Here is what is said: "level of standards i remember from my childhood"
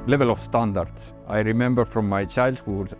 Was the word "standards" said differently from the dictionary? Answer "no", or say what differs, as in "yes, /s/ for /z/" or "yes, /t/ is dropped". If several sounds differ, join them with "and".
yes, /s/ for /z/